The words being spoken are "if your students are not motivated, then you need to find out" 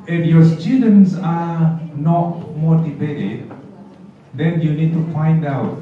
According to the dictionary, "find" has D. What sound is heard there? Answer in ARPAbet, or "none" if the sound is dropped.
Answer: D